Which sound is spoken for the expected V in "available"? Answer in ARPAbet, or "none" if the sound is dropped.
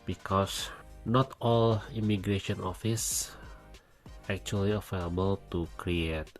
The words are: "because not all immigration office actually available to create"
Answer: F